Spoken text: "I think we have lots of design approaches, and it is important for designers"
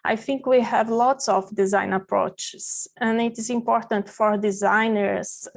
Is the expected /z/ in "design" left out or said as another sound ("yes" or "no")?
no